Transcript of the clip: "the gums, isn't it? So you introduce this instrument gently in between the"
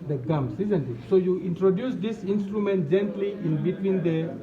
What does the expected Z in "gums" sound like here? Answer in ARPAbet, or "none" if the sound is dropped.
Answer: S